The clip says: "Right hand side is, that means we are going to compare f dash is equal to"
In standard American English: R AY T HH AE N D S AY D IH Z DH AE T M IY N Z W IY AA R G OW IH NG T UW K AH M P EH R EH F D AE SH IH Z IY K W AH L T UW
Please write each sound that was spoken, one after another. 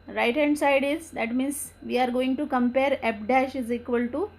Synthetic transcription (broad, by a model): R AY T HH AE N D S AY D IH Z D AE T M IY N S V IY AA R G OW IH NG T UW K AH M P EH R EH P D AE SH IH Z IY K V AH L T UW